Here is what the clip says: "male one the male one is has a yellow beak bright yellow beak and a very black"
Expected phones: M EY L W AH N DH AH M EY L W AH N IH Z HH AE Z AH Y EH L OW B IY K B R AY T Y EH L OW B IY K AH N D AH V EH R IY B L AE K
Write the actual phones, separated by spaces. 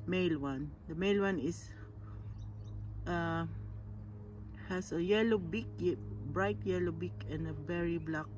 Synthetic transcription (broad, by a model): M EY L W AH N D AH M EY L W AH N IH S HH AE S AH Y EH L OW B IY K B R AY T Y EH L OW B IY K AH N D AH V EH R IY B L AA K